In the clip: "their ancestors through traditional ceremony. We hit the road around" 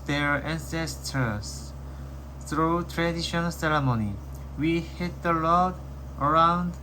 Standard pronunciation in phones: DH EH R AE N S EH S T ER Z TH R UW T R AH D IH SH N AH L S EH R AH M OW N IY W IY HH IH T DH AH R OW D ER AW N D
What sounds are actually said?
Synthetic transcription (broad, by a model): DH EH R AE N S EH S T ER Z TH R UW T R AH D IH SH AH N S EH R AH M OW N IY W IY HH IH T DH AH L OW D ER AW N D